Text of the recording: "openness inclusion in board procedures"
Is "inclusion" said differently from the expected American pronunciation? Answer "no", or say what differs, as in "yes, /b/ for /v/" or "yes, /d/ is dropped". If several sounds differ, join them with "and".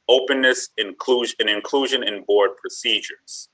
no